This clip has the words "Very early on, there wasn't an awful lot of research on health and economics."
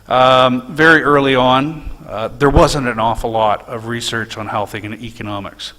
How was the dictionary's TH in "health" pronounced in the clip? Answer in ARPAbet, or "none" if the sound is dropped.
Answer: TH